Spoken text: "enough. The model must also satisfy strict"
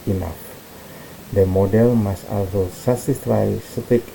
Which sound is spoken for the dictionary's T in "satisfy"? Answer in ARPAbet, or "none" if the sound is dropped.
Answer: S